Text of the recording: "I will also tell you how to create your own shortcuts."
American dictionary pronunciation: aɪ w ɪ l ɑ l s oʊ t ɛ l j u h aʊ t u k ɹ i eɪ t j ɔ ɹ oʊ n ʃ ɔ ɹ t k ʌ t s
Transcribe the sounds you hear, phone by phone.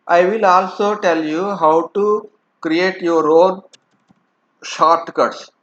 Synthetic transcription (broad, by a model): aɪ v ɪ l ɑ l s oʊ t ɛ l j u h aʊ t u k ɹ i eɪ t j ɔ ɹ oʊ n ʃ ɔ ɹ t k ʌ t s